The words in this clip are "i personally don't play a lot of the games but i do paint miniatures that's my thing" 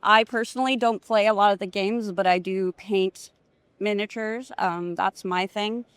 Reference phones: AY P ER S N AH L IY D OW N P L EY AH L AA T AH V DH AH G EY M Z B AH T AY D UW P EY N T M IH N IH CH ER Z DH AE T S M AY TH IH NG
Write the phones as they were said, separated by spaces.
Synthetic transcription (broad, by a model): AY P ER S N L IY D OW N P L EY AH L AA T AH V DH AH G EY M Z B AH T AY D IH P EY N T M IH N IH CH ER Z DH AE T S M AY TH IH NG